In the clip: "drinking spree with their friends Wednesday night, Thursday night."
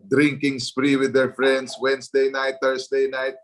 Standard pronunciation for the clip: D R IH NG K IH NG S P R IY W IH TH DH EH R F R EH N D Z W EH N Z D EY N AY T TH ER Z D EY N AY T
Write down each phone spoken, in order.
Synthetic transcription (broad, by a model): D R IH NG K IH NG S P R IY W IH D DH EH R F R EH N D S W EH N S D EY N AY T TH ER S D EY N AY T